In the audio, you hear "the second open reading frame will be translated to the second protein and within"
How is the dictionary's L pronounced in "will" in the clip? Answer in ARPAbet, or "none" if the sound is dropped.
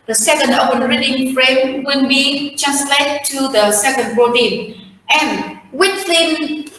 N